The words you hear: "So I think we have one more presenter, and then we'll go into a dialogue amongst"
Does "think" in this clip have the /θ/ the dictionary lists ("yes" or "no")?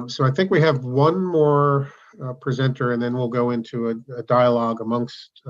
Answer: yes